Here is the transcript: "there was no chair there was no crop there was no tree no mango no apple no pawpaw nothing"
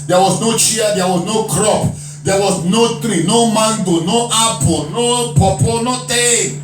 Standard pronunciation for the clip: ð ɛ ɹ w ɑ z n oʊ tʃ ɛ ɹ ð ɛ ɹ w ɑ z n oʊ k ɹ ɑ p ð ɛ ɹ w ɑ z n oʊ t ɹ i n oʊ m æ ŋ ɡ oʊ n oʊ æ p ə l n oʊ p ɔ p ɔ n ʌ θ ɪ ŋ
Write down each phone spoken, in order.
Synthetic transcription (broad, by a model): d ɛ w ɑ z n oʊ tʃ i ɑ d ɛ w ɑ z n oʊ k ɹ ɑ p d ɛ w ɑ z n oʊ t ɹ i n oʊ m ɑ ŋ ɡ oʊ n oʊ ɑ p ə n oʊ p ɔ p ɔ n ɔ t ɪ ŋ